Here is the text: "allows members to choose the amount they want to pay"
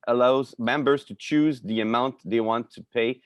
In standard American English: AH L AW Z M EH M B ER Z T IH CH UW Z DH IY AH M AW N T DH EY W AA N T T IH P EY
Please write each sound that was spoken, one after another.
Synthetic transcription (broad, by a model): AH L AW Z M EH M B ER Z T IH CH UW Z DH IY AH M AW N T DH EY W AA N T T IH P EY